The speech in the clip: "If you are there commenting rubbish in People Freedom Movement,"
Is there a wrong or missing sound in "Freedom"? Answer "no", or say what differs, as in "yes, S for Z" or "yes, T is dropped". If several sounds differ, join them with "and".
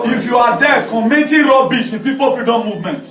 yes, R is dropped